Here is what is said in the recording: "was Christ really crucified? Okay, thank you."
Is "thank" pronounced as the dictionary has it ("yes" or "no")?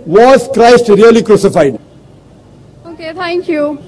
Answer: no